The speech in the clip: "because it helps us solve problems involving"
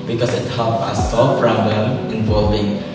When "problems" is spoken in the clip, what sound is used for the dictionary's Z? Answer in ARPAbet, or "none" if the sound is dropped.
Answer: none